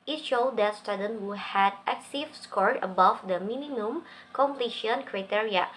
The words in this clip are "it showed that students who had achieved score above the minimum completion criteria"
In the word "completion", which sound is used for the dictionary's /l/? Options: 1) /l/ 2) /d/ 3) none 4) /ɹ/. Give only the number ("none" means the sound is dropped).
1